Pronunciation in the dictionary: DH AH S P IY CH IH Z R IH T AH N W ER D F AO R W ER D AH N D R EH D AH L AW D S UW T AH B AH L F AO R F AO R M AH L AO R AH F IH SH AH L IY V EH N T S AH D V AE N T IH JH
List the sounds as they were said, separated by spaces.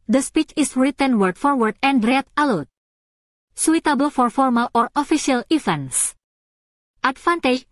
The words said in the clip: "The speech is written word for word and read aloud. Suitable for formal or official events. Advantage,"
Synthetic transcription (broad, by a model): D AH S P IY CH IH S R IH T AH N W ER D F AO R W ER D AH N D R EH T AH L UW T S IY T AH B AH L F AO R F AO R M AH L AO R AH F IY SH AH L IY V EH N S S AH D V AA N T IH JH